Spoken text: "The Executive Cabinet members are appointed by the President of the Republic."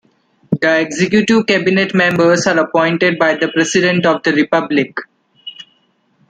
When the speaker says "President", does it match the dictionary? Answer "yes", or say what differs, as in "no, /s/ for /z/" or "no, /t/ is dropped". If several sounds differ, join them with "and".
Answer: no, /s/ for /z/